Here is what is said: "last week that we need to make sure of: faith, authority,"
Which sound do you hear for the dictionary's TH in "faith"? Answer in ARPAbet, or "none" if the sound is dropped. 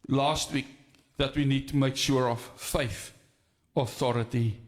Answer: TH